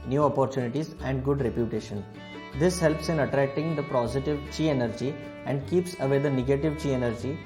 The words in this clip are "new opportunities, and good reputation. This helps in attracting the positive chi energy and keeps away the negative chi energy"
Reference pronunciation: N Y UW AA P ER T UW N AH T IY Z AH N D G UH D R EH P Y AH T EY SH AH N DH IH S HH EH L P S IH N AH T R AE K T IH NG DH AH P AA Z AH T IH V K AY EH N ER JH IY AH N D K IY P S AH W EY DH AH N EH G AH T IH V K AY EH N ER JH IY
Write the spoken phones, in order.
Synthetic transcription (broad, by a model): N Y UW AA P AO T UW N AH T IY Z AH N D G UH D R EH P Y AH T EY SH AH N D IH S HH EH L P S IH N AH T R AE K T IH NG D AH P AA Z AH T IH V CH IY EH N ER JH IY AH N D K IY P S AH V EY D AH N EH G AH T IH V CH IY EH N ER JH IY